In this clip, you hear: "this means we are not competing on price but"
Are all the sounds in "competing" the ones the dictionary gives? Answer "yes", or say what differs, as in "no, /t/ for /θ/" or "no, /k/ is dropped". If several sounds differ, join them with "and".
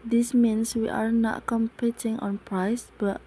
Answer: yes